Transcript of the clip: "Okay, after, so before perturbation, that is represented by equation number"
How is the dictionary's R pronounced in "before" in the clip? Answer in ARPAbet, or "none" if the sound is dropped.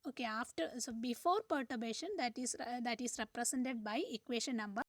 R